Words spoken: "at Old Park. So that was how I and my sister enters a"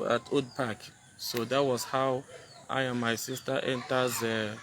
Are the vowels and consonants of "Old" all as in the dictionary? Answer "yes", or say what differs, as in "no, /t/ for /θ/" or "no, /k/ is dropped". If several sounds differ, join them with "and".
no, /l/ is dropped